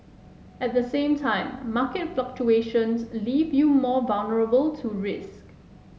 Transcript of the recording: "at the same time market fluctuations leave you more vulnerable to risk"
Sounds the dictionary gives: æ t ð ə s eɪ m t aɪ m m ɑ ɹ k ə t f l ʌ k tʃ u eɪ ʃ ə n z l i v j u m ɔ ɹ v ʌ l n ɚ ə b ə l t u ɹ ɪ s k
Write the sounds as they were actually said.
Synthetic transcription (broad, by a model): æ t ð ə s eɪ m t aɪ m m ɑ k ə t f l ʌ k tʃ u eɪ ʃ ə n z l i v j u m ɔ v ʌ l n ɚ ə b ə l t u ɹ ɪ s k